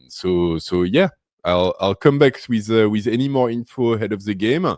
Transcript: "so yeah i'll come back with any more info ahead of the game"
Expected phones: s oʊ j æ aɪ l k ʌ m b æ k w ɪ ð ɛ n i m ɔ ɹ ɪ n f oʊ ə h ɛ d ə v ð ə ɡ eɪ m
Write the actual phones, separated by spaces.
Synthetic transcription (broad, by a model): s oʊ j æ aɪ l k ʌ m b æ k w ɪ ð ɛ n i m ɔ ɹ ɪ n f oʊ ə h ɛ d ə v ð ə ɡ eɪ m